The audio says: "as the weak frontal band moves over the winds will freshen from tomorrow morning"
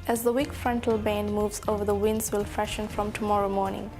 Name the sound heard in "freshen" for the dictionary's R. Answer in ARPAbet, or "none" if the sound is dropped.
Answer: none